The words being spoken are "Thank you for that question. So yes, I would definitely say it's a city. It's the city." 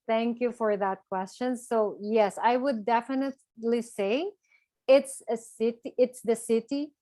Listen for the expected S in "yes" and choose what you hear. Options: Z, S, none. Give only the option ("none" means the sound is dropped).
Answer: S